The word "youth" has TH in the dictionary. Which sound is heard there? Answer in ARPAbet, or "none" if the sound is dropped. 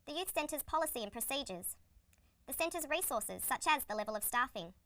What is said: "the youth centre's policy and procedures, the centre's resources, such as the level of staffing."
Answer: TH